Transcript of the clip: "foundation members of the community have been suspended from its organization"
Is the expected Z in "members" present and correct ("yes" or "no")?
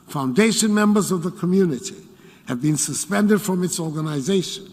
yes